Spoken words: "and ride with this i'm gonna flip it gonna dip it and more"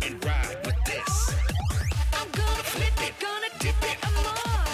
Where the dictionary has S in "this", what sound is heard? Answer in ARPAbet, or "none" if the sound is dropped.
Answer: S